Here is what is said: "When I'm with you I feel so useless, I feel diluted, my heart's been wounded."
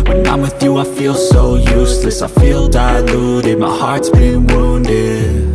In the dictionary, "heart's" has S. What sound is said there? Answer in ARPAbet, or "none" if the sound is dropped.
S